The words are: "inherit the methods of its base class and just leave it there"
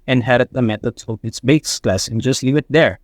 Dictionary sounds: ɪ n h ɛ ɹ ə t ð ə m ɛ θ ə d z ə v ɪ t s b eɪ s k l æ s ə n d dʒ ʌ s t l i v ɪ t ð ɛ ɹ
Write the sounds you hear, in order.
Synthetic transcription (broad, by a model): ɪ n h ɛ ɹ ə t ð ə m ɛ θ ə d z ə p ɪ t s b eɪ s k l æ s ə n dʒ ʌ s t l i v ɪ t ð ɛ ɹ